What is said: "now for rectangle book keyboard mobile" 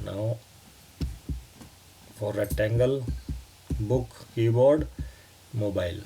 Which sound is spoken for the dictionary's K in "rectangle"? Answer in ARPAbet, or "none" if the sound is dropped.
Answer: none